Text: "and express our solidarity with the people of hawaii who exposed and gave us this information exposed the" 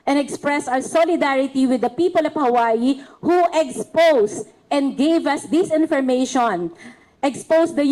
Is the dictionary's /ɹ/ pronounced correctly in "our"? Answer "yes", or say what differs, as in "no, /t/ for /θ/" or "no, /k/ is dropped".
no, /w/ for /ɹ/